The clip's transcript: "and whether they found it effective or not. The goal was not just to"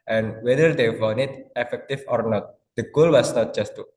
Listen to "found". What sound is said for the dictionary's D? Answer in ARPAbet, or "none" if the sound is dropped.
none